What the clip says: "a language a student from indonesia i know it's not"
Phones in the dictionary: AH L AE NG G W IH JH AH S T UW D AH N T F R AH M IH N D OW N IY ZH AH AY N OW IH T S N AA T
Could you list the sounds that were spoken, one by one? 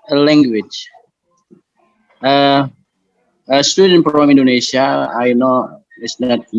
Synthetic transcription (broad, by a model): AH L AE NG G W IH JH AH S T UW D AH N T P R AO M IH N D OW N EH SH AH AY N OW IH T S N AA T